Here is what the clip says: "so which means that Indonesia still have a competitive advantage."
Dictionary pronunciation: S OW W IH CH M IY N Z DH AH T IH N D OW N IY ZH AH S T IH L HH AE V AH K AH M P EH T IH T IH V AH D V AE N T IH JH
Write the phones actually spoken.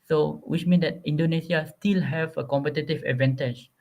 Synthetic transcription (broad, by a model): S OW W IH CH M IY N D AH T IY N D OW N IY S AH S T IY L HH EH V AH K AH M P EH T IH T IH V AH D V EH N T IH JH